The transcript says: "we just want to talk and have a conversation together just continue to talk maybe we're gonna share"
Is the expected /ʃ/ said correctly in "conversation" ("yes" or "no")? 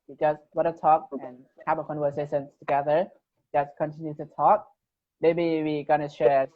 no